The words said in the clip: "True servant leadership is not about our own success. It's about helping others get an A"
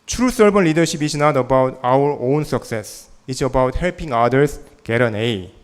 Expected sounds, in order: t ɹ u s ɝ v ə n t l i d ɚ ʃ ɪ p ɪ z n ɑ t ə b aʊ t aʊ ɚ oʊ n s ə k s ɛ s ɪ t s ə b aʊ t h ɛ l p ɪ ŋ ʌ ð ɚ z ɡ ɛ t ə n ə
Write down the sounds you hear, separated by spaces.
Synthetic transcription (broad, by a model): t ɹ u s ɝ b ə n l i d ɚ ʃ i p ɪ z n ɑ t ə b aʊ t aʊ ɚ oʊ n s ə k s ɛ s ɪ t s ə b aʊ t h ɛ l p ɪ ŋ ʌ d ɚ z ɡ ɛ t ə n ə